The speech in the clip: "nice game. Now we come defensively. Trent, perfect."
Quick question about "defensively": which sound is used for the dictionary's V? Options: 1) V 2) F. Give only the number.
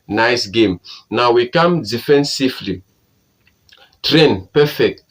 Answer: 2